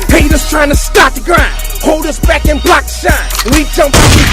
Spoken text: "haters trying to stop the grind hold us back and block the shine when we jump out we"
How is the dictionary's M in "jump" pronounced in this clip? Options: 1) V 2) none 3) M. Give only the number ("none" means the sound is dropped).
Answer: 3